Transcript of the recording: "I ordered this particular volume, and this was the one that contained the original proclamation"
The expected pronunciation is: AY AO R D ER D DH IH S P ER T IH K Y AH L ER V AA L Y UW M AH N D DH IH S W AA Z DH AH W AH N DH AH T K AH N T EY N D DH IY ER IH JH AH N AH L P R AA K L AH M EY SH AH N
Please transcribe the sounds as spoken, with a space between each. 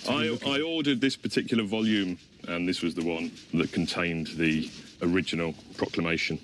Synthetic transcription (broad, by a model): AY AO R D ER D DH IH S P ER T IH K Y L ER V AA L Y UW M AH N DH IH S W AA Z DH AH W AH N DH AH T K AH N T EY N DH IY ER IH JH AH N AH L P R AA K L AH M EY SH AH N